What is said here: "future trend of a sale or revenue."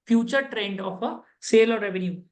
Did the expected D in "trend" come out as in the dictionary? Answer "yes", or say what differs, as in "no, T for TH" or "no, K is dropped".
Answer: yes